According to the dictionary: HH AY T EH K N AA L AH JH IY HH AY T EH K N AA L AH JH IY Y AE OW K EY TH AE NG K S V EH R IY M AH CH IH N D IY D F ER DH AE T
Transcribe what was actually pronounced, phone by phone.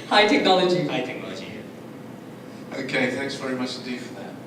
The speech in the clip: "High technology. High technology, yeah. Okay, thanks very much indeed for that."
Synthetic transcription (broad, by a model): HH AY T EH K N AA L AH JH IY HH AY T EH K N AA L AH JH IY OW K EY TH AE NG K S V EH R IY M AH CH IH N D IY D F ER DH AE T